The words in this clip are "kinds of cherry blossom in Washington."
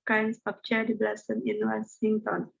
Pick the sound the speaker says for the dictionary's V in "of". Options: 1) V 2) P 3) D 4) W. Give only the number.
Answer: 2